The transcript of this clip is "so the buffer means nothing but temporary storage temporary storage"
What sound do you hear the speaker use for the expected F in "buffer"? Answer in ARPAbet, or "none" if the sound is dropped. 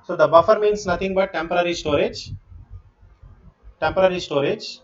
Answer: F